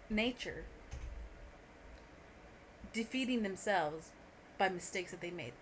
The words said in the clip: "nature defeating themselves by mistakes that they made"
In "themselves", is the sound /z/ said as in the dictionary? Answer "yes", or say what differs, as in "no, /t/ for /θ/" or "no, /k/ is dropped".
yes